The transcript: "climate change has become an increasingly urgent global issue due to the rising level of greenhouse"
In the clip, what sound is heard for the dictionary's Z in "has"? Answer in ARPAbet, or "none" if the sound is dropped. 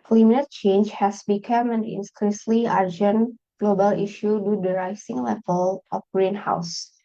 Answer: S